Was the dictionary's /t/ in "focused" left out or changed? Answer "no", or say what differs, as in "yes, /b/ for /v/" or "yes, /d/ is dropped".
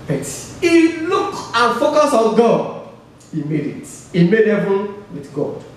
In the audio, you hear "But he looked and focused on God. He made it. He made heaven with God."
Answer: yes, /t/ is dropped